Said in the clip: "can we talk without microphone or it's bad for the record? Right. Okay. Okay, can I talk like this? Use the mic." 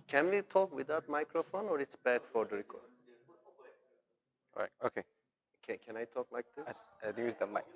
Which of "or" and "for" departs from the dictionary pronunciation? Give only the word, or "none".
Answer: none